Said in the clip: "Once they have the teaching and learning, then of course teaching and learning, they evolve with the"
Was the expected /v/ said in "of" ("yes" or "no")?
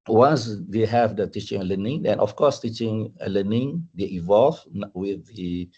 no